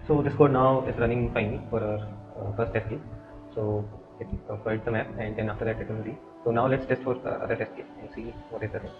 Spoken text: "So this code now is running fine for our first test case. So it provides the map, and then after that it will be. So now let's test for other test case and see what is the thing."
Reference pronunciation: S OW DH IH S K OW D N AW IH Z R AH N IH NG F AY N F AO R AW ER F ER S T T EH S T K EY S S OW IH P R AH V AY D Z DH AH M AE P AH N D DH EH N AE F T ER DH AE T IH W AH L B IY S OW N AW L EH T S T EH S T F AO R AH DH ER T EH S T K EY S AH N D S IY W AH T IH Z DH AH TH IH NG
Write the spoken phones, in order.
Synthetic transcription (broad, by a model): S OW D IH S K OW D N AW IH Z R AH N IH NG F AY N F AO R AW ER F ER S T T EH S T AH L S OW IH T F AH IH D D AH M AE P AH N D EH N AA F T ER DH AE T IH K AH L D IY S OW N AW L EH T S T EH S T F AO R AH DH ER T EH S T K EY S AH N D S IY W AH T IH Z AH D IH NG